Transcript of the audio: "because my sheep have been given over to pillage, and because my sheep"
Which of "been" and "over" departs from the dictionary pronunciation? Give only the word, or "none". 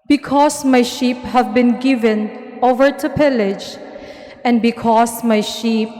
none